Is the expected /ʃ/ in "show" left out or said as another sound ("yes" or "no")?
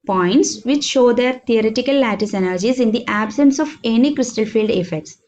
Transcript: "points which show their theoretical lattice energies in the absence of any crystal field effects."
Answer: no